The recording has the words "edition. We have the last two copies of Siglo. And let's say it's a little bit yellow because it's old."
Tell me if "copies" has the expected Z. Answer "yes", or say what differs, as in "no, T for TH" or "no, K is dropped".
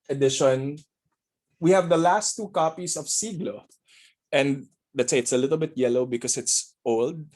no, S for Z